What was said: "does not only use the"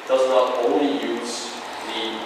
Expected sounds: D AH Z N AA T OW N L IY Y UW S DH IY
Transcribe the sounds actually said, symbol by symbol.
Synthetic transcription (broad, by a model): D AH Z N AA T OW L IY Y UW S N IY